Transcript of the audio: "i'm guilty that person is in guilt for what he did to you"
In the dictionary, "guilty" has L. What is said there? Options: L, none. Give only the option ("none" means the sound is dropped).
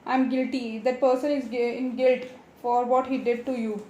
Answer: L